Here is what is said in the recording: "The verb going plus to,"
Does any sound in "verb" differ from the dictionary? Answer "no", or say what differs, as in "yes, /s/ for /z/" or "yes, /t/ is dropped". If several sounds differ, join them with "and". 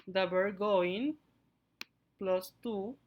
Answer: yes, /b/ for /v/